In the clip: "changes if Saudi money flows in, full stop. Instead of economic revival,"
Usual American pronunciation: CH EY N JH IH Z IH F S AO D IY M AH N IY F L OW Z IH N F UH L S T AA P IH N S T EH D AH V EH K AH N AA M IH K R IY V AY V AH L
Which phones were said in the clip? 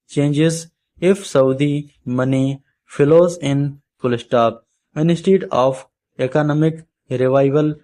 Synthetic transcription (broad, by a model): CH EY N JH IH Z IH F S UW D IY M AH N IY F L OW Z IH N P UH L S T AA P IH N S T EH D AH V EH K AH N AA M IH K R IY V AY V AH L